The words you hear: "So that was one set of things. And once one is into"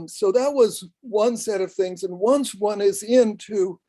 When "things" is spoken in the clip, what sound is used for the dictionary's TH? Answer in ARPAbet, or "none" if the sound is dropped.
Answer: TH